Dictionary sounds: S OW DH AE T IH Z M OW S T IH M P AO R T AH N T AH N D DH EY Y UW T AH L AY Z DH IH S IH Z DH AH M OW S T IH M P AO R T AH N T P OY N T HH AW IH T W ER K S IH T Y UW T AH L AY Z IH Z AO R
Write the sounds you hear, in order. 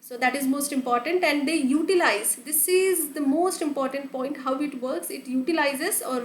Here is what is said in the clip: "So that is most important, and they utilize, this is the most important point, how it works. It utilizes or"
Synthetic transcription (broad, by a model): S OW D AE T IH Z M OW S T IH M P AO R T AH N T AH N D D EY Y UW T AH L AY Z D IH S IH Z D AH M OW S T IH M P AO R T AH N T P OY N T HH AW IH T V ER K S IH T Y UW T AH L AY Z IH Z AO R